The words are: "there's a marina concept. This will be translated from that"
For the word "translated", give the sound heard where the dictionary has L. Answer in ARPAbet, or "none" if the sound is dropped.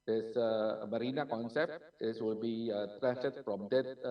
none